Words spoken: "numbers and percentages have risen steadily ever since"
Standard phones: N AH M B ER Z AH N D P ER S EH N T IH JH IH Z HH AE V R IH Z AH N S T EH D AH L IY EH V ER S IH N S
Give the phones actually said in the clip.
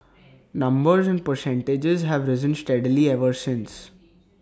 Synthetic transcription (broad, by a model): N AH M B ER Z AH N D P ER S EH N T IH JH IH Z HH AE V R IH Z AH N S T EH D L IY EH V ER S IH N S